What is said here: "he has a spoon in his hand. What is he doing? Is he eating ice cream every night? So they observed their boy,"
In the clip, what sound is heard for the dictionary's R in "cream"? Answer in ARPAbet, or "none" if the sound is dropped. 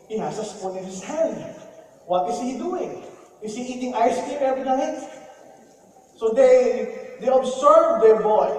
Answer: none